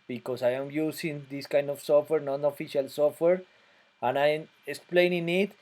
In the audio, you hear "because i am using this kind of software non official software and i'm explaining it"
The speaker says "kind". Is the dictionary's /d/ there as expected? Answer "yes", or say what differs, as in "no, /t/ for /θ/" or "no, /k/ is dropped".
yes